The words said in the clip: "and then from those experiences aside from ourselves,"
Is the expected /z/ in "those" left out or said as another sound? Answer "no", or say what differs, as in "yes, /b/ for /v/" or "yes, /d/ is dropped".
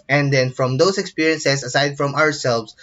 yes, /s/ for /z/